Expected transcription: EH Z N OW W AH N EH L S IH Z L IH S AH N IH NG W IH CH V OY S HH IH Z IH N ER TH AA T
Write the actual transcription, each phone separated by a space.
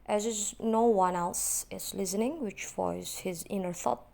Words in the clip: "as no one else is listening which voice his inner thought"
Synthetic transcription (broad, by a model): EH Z N OW W AH N EH L S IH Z L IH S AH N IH NG W IH CH F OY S HH IH Z IH N ER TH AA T